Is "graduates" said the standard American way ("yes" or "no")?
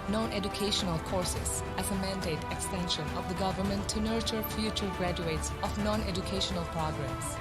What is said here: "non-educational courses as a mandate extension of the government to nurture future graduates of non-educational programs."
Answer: yes